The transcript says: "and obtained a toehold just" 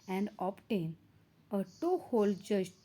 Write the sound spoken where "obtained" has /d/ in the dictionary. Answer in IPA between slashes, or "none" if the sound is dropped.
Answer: none